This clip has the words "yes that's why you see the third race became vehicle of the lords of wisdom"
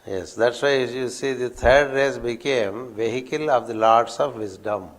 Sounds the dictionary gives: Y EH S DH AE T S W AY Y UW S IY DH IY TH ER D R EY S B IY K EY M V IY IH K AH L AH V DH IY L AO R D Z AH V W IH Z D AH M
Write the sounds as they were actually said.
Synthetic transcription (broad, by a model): Y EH S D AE T S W AY Y UW S IY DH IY T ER D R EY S B IY K EY M V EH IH K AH L AH V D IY L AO R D S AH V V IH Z D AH M